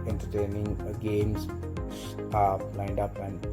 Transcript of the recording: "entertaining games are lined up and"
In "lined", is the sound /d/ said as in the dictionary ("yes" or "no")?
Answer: yes